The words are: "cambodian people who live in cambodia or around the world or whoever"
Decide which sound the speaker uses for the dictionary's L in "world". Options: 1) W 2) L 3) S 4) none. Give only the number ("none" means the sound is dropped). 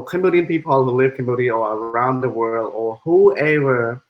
2